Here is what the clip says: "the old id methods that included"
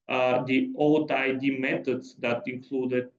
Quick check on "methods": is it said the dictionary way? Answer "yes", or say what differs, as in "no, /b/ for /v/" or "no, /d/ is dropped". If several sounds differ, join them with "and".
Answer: no, /t/ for /θ/